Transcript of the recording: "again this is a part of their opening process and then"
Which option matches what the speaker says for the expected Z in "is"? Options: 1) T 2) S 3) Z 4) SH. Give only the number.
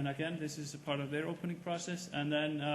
3